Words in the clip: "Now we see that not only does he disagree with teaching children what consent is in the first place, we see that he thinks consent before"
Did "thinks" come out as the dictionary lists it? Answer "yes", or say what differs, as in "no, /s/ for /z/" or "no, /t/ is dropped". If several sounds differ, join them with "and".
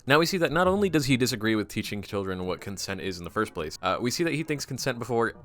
yes